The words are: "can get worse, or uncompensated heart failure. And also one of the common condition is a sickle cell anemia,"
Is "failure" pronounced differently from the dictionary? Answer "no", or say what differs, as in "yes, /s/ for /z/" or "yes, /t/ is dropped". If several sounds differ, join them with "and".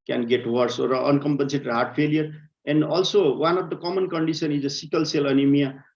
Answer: yes, /p/ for /f/